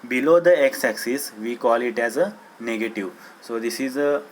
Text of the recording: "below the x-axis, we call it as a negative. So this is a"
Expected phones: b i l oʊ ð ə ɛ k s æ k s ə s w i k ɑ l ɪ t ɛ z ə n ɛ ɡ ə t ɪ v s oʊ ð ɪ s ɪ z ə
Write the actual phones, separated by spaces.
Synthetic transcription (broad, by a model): b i l oʊ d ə ɛ k s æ k s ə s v i k ɑ l ɪ t ɛ z ə n ɛ ɡ ə t ɪ v s oʊ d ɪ s ɪ z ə